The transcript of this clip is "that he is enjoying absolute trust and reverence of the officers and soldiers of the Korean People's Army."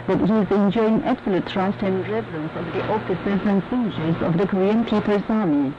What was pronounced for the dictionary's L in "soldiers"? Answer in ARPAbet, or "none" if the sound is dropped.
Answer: N